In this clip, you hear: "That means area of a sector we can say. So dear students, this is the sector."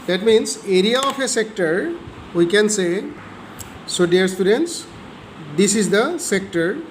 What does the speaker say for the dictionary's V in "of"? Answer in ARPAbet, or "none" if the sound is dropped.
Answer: P